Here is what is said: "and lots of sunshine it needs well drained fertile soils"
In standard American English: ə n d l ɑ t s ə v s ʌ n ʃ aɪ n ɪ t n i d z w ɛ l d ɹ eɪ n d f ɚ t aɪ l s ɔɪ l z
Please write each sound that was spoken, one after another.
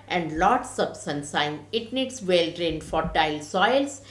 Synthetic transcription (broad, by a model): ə n d l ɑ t s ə b s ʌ n s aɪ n ɪ t n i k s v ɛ l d ɹ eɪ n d f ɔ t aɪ l s ɔɪ l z